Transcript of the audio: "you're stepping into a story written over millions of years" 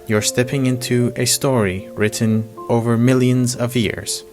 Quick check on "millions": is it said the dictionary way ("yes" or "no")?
yes